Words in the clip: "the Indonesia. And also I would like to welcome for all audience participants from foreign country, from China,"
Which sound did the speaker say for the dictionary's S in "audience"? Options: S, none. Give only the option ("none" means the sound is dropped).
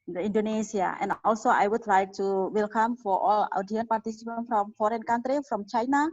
none